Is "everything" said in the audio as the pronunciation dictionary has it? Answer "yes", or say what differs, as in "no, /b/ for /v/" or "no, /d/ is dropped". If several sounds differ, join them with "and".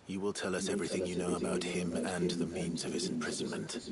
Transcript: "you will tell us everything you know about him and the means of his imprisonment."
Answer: yes